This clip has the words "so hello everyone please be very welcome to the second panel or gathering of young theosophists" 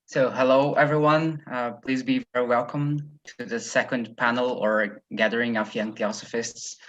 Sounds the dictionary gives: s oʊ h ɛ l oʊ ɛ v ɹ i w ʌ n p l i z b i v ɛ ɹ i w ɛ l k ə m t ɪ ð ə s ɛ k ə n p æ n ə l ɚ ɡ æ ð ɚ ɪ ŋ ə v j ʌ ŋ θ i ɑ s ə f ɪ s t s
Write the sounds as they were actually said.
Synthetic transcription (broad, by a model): s oʊ h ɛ l oʊ ɛ v ɹ i w ʌ n p l i z b i v ɛ ɹ i w ɛ l k ə m t ɪ ð ə s ɛ k ə n p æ n l ɚ ɡ æ ð ɚ ɪ ŋ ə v j ʌ ŋ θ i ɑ s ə f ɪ s t s